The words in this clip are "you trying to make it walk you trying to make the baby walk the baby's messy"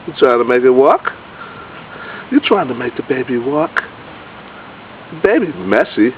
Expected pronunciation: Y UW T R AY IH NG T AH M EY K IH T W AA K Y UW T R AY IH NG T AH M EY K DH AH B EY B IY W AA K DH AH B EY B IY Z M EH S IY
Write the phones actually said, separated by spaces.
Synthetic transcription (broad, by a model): Y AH T R AY IH NG T AH M EY K IH T W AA K Y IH T R AY IH NG T AH M EY K DH AH B EY B IY W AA K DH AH B EY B IY M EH S IY